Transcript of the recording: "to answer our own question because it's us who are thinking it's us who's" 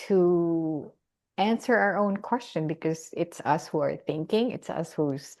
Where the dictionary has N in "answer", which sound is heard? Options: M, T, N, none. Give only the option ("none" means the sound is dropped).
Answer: N